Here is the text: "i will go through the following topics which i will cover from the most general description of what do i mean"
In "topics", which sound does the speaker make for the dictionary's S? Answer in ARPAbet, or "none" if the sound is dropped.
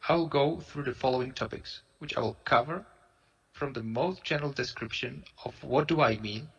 S